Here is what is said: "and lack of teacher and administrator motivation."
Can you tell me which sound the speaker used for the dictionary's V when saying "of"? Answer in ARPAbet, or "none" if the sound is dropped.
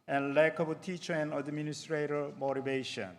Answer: B